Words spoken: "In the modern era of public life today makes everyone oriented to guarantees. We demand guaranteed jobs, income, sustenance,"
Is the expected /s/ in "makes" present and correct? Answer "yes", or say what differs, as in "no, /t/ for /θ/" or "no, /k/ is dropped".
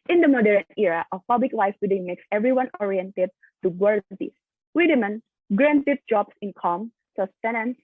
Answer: yes